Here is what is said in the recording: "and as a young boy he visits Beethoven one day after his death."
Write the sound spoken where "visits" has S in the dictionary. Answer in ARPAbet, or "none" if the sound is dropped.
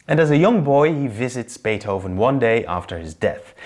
S